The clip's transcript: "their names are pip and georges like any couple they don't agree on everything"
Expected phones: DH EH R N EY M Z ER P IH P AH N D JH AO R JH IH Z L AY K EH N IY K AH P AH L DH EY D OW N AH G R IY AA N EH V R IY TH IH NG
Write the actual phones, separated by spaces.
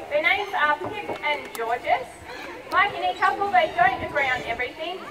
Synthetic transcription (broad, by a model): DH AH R N EY M Z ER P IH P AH N JH AO R JH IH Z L AY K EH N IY K AH P AH L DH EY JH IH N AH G R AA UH N EH V R IY TH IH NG